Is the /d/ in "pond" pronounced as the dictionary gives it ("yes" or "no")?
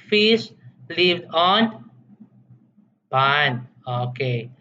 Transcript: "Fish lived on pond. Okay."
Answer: no